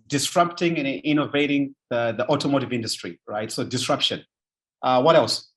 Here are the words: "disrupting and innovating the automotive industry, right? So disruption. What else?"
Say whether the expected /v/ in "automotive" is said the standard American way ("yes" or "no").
yes